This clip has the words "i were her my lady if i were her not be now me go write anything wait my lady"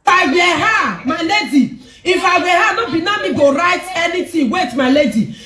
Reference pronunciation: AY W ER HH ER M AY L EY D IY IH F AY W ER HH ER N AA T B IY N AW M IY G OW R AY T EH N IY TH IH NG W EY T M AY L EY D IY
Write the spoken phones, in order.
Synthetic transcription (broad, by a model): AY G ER HH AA M AY L EY D IY IH F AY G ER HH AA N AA B IY N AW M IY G OW R AY T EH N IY T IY W EY T M AY L EY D IY